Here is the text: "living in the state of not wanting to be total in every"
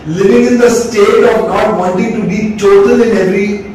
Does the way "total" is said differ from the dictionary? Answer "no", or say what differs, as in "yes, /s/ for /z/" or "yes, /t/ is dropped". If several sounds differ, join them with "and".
yes, /n/ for /l/